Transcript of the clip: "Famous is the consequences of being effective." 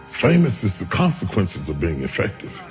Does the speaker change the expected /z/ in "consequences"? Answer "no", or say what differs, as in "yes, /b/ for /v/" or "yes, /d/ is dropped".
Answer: no